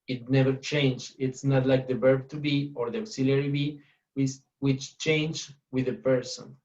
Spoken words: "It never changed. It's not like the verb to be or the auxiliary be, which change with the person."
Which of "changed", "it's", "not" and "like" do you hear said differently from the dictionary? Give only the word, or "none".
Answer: changed